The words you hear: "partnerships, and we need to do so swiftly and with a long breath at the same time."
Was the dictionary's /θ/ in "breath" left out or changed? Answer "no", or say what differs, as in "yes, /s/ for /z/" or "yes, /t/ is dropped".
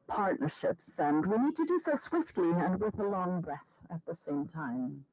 no